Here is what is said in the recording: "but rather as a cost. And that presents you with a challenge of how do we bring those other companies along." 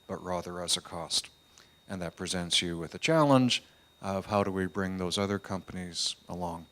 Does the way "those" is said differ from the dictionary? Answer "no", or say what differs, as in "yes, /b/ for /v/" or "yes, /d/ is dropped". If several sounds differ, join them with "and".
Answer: no